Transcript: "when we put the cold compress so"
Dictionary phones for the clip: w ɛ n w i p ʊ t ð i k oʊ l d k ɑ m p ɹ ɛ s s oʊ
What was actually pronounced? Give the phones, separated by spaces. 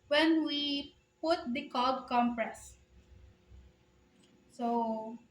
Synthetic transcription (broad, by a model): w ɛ n w i p ʊ t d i k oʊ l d k ɑ m p ɹ ɛ s s oʊ